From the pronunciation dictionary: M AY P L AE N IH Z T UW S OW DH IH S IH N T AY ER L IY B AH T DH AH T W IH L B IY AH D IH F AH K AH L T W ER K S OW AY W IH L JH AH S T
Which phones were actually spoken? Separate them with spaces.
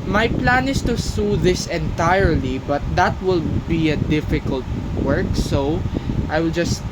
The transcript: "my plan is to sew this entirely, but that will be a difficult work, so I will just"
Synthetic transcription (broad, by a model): M AY P L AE N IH S T UW S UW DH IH S IH N T AY ER L IY B AH T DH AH T W IH L B IY AH D IH F AH K AH L T W ER K S OW AY W IH L JH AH S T